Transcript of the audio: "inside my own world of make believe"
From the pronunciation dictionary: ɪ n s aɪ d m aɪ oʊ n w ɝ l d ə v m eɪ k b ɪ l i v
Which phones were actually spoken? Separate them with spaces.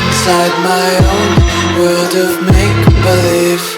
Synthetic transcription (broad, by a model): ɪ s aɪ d m aɪ oʊ n w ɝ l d ə v m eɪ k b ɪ l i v